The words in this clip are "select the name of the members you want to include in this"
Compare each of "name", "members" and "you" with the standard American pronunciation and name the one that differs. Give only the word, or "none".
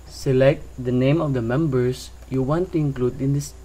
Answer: members